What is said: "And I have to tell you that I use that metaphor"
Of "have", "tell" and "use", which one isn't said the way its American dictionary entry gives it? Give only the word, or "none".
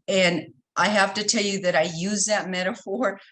have